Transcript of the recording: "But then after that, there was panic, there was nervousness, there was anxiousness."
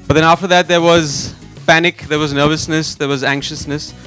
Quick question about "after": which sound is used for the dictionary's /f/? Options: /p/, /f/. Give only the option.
/f/